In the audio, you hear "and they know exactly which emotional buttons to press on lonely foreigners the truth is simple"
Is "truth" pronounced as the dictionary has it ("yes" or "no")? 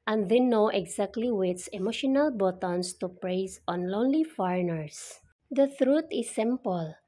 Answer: no